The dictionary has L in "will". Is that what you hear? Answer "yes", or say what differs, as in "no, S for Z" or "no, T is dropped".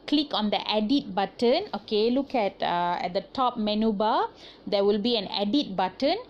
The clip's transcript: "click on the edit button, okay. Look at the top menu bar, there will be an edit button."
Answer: yes